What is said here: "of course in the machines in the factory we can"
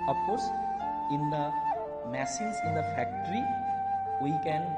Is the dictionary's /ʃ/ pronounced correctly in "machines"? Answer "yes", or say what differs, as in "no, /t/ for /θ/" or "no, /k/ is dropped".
no, /s/ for /ʃ/